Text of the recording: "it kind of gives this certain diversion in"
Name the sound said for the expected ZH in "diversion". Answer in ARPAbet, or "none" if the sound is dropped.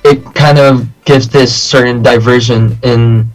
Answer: ZH